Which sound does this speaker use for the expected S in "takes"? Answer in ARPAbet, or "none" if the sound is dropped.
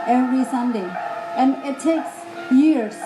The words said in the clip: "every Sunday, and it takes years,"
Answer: S